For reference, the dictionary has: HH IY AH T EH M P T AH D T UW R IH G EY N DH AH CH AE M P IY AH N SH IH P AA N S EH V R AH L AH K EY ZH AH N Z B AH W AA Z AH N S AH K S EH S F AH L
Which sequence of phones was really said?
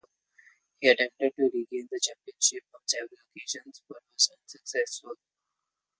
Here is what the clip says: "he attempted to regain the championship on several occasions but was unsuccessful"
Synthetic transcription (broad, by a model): HH IY AH T EH M P T AH D T UW R IH G EY N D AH CH AE M P IY AH N SH IH P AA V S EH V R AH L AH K EY SH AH N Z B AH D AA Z AH N S AH K S EH S F AH L